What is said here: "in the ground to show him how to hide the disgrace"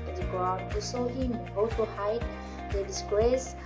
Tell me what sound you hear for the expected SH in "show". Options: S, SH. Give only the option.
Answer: S